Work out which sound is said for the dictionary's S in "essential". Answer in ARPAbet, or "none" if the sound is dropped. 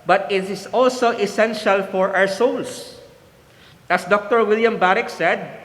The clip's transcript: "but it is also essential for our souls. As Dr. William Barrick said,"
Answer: S